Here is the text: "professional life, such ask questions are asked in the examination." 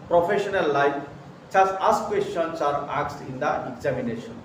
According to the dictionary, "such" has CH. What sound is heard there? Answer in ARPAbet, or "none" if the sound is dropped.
S